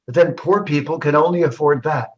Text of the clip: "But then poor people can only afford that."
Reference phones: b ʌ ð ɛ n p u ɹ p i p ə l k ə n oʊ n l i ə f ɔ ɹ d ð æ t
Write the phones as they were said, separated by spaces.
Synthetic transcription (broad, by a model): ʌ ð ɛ n p u ɹ p i p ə l k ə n oʊ n l i ə f ɔ ɹ d ð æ t